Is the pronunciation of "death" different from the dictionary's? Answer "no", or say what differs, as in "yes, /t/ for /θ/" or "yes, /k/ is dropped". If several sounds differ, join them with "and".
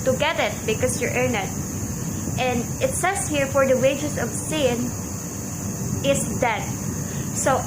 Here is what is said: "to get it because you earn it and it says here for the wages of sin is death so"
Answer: yes, /t/ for /θ/